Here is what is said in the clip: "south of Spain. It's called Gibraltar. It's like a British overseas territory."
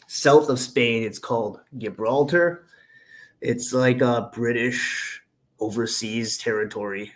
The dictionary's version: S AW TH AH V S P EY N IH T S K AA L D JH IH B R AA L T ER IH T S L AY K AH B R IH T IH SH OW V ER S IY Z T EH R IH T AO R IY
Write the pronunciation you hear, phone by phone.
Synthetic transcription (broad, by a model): S AW TH AH V S P EY N IH T S K AA L D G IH B R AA L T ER IH T S L AY K AH B R IH T IH SH OW V ER S IY Z T EH R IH T AO R IY